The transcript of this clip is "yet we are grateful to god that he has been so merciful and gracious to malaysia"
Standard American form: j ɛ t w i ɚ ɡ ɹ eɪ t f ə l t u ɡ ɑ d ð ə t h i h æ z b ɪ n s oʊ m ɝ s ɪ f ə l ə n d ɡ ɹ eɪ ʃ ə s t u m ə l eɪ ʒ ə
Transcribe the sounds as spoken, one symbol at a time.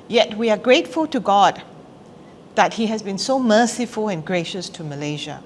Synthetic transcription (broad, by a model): j ɛ t w i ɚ ɡ ɹ eɪ t f ə l t u ɡ ɑ d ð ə t h i h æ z b ɪ n s oʊ m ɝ s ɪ f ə l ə n ɡ ɹ eɪ ʃ ə s t u m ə l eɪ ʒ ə